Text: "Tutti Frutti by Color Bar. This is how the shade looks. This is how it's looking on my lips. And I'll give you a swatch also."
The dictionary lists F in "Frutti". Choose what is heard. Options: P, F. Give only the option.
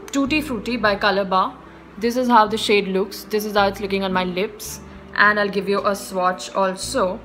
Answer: F